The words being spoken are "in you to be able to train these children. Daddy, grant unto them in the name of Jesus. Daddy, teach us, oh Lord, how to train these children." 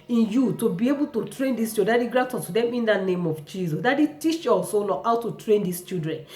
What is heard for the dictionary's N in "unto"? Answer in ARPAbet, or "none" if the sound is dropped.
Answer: none